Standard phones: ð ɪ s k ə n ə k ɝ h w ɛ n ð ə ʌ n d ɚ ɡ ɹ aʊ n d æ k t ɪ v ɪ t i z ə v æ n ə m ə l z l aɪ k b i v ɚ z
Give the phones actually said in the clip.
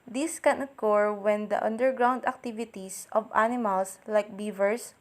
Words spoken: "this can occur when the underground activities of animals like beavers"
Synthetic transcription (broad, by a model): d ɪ s k ə n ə k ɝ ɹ w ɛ n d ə ʌ n d ɚ ɡ ɹ aʊ n d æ k t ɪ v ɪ t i s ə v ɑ n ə m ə l s l aɪ k b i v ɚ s